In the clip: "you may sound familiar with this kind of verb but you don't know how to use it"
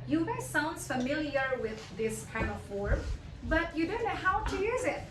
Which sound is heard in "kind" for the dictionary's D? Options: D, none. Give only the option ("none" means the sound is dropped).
none